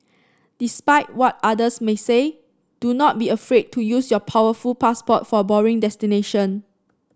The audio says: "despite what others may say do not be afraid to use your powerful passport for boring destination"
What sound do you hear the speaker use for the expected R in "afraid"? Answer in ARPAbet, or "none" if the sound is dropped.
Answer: R